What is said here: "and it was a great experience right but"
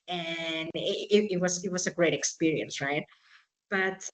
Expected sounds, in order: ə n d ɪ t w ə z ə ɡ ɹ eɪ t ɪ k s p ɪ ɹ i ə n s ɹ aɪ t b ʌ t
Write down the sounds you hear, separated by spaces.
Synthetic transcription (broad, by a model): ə n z ɪ t w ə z ə ɡ ɹ eɪ t ɪ k s p ɪ ɹ i ə n s ɹ aɪ t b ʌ t